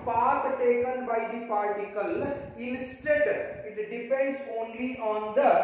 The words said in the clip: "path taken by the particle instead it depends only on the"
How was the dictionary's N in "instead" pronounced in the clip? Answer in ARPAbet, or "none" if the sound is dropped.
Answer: L